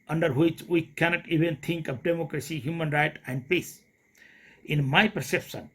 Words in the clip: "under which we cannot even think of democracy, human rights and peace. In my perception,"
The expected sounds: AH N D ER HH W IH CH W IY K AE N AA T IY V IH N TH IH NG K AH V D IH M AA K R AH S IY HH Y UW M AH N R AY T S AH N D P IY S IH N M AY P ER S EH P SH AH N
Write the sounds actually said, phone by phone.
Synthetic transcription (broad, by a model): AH N D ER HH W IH CH W IY K AE N AA T IY V IH N T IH NG K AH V D IH M AA K R AH S IY HH Y UW M AH N R AY T AH N D P IY S IH N M AY P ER S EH P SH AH N